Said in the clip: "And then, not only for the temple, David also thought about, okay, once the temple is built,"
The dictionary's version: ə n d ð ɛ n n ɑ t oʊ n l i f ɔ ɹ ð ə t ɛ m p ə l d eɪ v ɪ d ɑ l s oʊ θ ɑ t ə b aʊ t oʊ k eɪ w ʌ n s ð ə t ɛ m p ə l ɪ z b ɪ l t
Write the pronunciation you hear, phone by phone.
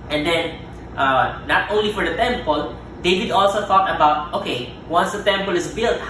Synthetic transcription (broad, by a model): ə n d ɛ n n ɑ t oʊ n l i f ɔ ɹ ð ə t ɛ m p ə l d eɪ v ɪ d ɑ l s oʊ t ɑ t ə b aʊ t oʊ k eɪ w ʌ n s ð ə t ɛ m p ə l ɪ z b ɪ l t